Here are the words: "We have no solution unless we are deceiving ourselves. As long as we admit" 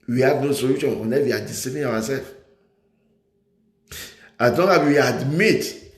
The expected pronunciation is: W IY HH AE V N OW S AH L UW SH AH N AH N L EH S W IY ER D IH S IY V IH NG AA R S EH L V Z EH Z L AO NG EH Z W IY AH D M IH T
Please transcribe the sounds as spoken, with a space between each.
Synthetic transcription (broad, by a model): W IY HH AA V N OW S AH L UW SH AH N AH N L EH W IY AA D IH S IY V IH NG AA W S EH L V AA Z L AO NG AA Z W IY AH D M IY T